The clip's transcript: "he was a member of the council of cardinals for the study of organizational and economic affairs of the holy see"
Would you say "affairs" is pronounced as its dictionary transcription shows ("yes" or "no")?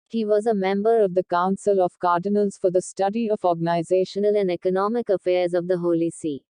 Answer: yes